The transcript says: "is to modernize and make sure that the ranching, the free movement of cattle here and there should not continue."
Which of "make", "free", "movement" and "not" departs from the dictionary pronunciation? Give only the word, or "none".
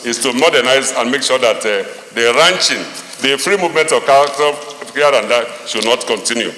none